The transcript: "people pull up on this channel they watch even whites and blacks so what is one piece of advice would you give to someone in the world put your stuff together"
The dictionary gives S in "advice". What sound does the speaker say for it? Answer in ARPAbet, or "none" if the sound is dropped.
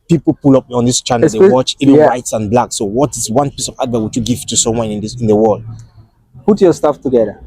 none